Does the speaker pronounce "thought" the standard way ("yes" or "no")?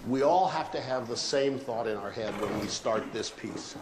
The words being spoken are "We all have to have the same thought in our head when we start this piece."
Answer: yes